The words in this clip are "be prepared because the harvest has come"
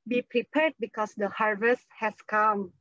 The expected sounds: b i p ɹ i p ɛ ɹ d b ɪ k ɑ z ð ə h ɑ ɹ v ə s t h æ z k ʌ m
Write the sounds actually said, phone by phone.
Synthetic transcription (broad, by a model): b i p ɹ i p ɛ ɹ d b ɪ k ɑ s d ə h ɑ ɹ v ə s t h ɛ s k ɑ m